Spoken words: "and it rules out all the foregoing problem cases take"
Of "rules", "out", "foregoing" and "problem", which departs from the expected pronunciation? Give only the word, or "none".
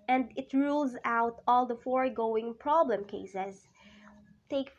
none